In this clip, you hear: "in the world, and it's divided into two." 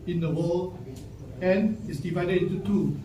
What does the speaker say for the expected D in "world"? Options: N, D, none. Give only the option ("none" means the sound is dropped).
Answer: none